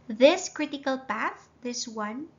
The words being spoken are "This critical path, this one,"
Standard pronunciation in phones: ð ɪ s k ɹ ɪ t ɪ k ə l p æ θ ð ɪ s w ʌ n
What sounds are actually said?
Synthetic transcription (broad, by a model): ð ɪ s k ɹ ɪ t ɪ k ə l p æ θ ð ɪ s w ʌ n